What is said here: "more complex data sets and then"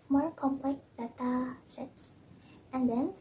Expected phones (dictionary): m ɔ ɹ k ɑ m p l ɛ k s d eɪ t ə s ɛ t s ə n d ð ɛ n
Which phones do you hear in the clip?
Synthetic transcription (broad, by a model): m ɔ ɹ k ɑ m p l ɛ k d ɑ t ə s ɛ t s ə n d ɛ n